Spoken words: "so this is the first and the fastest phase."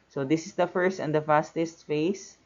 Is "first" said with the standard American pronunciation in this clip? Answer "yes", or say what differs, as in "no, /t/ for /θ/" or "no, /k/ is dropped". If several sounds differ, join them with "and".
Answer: yes